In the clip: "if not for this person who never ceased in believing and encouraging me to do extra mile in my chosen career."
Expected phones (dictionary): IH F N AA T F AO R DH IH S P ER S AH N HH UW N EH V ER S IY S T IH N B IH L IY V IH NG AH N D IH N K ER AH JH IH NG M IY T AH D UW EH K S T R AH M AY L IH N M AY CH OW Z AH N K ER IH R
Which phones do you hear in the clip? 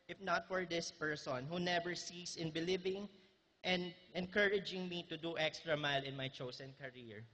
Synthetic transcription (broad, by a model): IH F N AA T F AO R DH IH S P ER S AH N HH UW N EH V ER S IY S IH N B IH L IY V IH NG AH N D IH N K ER AH JH IH NG M IY T AH D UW EH K S T R AH M AY L IH N M AY CH OW S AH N K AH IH R